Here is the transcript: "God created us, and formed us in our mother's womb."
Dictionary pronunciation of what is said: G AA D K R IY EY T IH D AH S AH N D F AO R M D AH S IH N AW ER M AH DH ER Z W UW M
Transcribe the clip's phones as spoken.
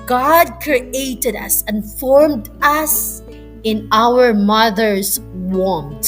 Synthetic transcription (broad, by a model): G AA D K R IY EY T IH D AH S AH N F AO R M D AH S IH N AW ER M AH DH ER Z W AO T